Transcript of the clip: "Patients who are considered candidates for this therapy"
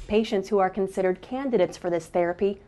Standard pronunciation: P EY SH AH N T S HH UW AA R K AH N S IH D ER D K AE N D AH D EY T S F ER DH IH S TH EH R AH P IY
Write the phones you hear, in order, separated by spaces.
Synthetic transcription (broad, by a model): P EY SH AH N T S HH UW AA R K AH N S IH D ER D K AE N D AH D EY T S F ER DH IH S TH EH R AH P IY